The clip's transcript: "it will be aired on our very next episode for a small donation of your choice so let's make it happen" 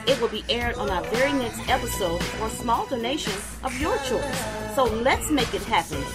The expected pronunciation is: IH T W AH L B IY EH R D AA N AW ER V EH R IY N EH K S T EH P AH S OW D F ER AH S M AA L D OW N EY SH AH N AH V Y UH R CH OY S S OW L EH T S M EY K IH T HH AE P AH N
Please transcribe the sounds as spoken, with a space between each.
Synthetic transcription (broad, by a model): IH T W AH L B IY EH R D N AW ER V EH R IY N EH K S T EH P AH S OW D F ER S M AA L D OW N EY SH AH N AH V Y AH R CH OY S S OW L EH T S M EY K IH T HH AE P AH N